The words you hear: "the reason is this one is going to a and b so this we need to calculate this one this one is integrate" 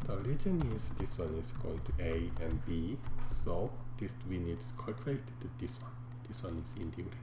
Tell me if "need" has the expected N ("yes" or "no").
yes